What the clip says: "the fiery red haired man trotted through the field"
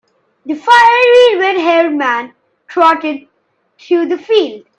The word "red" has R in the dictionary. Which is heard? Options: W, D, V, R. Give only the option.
W